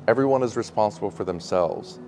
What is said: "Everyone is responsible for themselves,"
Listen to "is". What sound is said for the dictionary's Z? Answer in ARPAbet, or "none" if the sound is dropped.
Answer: Z